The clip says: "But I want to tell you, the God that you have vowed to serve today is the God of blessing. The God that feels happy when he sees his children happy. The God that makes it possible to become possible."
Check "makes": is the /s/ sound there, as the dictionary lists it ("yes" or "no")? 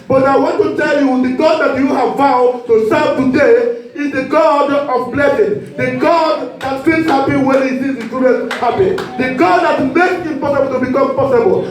no